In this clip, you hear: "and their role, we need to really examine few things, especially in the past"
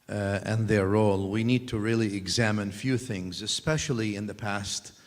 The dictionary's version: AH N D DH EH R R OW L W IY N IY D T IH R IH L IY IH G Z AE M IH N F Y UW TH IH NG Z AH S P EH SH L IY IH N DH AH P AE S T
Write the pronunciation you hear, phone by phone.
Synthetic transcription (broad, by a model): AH N DH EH R R OW L W IY N IY D T IH R IH L IY IH G Z AE M IH N F Y UW TH IH NG Z AH S P EH SH L IY IH N DH AH P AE S T